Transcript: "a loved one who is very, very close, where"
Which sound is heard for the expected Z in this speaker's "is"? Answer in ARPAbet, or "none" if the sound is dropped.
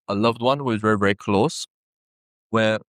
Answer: Z